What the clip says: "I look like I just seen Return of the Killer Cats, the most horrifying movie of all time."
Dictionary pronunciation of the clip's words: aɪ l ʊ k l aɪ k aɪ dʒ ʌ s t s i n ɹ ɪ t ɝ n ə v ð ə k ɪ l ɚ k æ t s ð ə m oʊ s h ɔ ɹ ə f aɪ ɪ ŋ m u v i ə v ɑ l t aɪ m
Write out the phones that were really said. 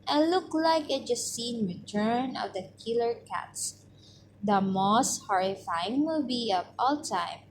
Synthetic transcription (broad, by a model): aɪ l ʊ k l aɪ k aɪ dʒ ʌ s s i n ɹ ɪ t ɝ n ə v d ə k ɪ l ɚ k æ t s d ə m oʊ s h ɔ ɹ ə f aɪ ɪ ŋ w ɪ b i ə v ɑ l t aɪ m